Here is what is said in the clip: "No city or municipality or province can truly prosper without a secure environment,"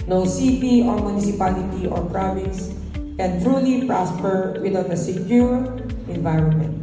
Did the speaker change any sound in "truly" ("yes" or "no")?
no